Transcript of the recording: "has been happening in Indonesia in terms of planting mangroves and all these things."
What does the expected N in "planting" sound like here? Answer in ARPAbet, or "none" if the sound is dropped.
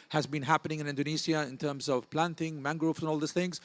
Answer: N